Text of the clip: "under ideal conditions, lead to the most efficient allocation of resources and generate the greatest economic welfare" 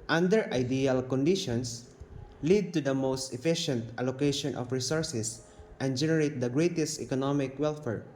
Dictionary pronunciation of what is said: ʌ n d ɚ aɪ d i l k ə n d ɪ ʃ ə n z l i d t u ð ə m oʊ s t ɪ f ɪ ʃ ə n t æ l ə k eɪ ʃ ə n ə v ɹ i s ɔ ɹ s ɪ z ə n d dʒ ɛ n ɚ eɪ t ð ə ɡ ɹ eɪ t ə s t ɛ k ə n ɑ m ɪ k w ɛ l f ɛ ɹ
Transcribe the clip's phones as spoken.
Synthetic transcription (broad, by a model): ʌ n d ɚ aɪ d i l k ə n d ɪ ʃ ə n s l i d t u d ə m oʊ s t ɪ f ɪ ʃ ə n t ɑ l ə k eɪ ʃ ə n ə f ɹ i s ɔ ɹ s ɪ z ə n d dʒ ɛ n ɚ eɪ t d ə ɡ ɹ eɪ t ə s t ɛ k ə n ɑ m ɪ k w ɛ l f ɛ ɹ